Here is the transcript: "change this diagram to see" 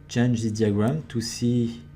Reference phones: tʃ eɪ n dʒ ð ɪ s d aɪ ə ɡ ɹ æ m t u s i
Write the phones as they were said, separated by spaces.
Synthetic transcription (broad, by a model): tʃ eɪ n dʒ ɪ d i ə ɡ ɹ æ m t u s i